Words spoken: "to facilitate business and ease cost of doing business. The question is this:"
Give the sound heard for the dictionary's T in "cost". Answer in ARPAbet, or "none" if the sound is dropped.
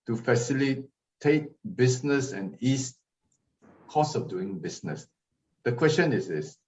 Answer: none